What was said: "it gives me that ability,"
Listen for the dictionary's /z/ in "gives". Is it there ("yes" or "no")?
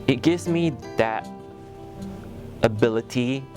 yes